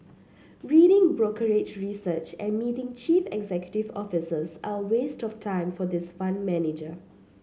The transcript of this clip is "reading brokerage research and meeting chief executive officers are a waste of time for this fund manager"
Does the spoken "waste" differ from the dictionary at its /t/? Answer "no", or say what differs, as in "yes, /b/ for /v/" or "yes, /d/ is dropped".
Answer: no